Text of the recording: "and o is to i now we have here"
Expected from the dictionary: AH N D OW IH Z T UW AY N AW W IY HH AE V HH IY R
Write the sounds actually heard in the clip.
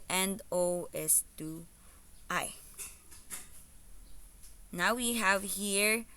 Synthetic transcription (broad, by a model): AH N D OW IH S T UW AY N AW W IY HH AE V HH IY R